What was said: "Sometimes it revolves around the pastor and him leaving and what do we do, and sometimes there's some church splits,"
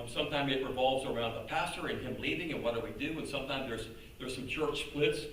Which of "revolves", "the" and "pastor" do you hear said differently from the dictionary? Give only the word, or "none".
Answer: none